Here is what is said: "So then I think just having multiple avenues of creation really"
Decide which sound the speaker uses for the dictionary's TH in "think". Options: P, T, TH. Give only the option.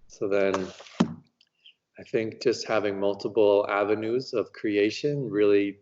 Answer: TH